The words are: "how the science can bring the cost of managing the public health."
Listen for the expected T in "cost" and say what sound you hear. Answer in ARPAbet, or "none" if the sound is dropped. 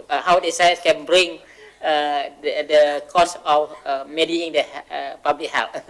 none